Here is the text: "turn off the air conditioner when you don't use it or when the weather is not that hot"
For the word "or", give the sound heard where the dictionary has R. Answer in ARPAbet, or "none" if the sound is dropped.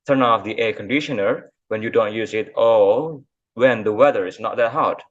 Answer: L